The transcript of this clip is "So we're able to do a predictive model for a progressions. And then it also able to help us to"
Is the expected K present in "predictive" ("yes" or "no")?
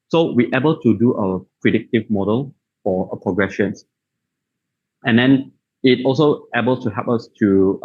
yes